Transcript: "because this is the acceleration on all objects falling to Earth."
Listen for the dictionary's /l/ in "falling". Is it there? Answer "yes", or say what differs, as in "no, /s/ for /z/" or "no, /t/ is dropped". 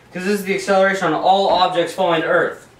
no, /l/ is dropped